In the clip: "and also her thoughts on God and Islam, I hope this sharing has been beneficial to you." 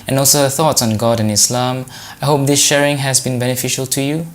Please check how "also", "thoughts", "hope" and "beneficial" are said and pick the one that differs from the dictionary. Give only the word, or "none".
none